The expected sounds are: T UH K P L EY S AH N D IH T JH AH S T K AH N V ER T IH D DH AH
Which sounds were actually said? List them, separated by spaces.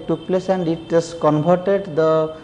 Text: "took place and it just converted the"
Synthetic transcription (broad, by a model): T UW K P L EY S AH N D IH T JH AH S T K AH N B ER T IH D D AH